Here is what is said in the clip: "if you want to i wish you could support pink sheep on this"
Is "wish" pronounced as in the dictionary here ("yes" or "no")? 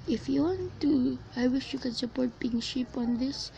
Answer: yes